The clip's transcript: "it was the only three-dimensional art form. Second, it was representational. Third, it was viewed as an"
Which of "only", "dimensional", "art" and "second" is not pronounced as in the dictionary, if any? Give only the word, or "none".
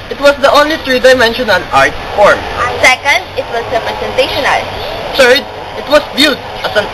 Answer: dimensional